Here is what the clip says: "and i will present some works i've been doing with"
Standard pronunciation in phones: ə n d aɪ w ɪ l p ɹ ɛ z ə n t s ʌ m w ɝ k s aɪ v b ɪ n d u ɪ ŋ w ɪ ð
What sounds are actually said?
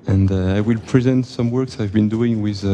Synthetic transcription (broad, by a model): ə n d aɪ w ɪ l p ɹ ɛ z ə n t s ʌ m w ɝ k s aɪ v b ɪ n d u ɪ ŋ w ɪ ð